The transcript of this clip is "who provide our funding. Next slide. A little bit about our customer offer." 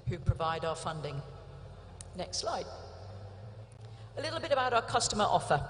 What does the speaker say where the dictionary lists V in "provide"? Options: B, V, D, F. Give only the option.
V